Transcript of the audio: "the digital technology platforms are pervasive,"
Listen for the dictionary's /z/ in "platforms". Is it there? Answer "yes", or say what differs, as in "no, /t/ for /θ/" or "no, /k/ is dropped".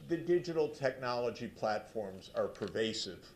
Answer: yes